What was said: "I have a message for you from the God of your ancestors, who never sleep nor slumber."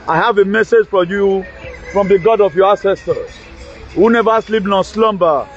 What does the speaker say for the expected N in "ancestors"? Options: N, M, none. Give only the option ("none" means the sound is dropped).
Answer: none